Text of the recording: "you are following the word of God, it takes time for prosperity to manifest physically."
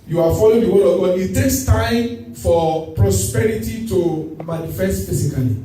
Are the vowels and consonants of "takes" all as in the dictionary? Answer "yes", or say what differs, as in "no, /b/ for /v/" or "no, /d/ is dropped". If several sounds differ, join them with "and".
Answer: yes